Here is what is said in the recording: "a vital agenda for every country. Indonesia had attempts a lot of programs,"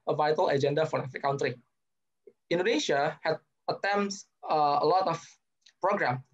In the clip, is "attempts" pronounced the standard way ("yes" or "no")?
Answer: no